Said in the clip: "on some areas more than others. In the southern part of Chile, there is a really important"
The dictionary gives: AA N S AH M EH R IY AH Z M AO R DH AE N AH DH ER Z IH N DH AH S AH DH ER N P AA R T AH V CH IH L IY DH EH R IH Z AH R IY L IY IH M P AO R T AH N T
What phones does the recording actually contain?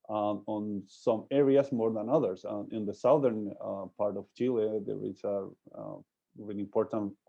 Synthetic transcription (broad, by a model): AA N S AH M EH R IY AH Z M AO R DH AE N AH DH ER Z IH N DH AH S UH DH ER N P AA R T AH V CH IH L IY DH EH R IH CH AH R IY IY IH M P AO R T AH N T